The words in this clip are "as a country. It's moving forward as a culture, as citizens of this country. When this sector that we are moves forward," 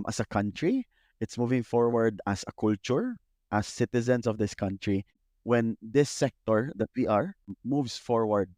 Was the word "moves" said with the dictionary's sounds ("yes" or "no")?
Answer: no